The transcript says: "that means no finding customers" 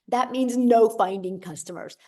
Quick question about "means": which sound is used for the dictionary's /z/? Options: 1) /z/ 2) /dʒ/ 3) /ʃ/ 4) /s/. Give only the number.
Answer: 1